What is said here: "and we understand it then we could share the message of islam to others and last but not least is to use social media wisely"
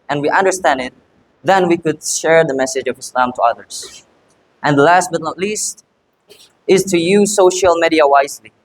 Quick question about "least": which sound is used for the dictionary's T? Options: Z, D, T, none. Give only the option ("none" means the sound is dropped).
T